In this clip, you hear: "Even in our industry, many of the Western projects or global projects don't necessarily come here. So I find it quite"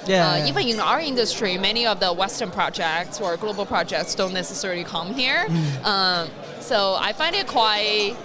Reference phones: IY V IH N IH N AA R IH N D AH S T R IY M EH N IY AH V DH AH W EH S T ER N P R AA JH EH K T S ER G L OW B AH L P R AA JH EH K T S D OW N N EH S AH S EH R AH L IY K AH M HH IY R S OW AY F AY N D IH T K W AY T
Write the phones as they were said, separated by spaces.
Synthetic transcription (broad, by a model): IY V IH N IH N AA R IH N D AH S T R IY M EH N IY AH V DH AH W EH S T ER N P R AA JH EH K T S ER G L OW B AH L P R AA JH EH K T S D OW N N EH S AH S EH R L IY K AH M HH IY R S OW AY F AY N D IH T K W AY T